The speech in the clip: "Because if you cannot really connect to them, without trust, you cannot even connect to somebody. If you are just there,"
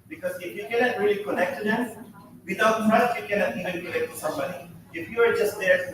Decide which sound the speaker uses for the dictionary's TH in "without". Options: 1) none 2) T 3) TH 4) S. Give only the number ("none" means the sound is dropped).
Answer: 2